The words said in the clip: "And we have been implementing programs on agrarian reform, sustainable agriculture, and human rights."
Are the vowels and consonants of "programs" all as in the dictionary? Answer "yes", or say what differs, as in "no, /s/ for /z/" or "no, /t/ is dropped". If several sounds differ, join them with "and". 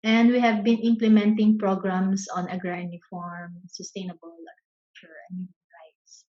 no, /s/ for /z/